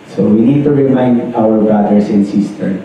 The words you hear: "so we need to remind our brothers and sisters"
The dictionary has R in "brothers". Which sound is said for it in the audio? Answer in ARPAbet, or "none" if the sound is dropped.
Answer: none